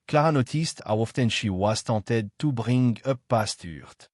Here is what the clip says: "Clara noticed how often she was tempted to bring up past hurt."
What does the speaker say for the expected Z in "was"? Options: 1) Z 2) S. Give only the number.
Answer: 2